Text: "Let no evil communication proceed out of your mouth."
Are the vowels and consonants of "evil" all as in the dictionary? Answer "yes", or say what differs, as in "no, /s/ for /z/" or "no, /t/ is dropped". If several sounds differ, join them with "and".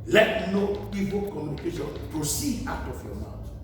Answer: no, /p/ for /v/